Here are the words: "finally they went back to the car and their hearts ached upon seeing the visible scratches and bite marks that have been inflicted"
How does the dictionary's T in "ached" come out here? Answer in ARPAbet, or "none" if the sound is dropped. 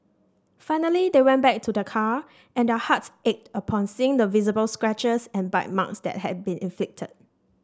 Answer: T